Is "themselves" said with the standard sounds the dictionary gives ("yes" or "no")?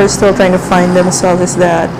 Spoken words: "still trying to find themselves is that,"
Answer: no